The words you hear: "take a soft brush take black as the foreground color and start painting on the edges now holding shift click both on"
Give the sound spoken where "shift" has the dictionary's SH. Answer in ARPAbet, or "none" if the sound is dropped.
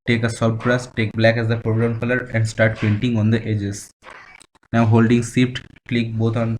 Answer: S